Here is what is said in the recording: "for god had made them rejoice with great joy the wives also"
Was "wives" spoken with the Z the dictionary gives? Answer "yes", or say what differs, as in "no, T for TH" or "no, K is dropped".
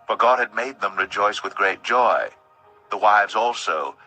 yes